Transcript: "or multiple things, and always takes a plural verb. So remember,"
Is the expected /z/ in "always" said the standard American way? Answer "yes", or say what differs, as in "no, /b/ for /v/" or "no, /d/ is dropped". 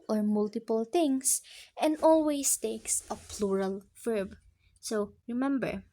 no, /s/ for /z/